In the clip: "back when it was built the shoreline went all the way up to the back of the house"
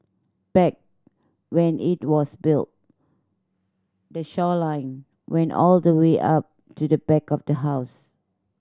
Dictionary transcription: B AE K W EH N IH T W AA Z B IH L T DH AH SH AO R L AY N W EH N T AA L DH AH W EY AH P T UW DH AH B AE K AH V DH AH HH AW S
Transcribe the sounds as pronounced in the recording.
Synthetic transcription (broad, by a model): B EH K W EH N IH T W AA S B IH L T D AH SH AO L AY N W EH N T AA L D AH W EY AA P T UW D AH B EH K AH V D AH HH AW S